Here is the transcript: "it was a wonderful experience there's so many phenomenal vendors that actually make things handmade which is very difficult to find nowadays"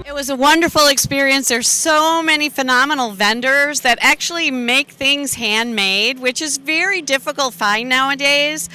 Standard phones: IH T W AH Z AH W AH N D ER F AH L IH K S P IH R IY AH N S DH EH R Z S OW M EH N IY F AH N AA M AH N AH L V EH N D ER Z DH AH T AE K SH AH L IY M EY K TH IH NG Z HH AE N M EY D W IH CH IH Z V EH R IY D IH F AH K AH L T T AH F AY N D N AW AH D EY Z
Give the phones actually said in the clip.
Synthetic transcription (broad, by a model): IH T W AH Z AH W AH N D ER F L IH K S P IH R IY AH N S DH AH R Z S OW M EH N IY F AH N AA M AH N L V EH N D ER Z DH AH T AE K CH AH L IY M EY K TH IH NG Z HH AE N M EY D W IH CH IH Z V EH R IY D IH F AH K L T T F AY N N AW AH D EY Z